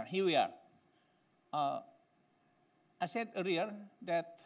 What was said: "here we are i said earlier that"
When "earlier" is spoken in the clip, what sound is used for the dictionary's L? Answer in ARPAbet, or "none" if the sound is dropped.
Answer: none